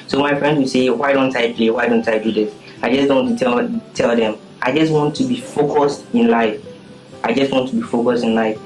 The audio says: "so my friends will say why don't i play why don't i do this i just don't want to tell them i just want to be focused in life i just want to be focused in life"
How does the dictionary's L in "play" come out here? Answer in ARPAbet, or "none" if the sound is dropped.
L